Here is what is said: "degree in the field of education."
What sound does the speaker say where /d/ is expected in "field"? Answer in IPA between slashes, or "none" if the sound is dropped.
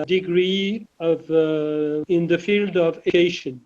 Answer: /d/